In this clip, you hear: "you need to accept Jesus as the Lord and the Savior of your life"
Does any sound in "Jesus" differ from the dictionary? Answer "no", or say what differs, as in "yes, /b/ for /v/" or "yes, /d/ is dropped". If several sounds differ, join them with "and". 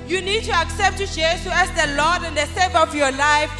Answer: yes, /s/ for /z/ and /s/ is dropped